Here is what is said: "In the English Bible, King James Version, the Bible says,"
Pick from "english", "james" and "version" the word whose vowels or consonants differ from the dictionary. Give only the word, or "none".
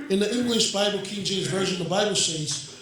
james